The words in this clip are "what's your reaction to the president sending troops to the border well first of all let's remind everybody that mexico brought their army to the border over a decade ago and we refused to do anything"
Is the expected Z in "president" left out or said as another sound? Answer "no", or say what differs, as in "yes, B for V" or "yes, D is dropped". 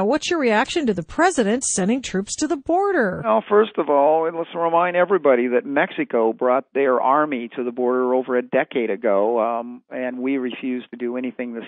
no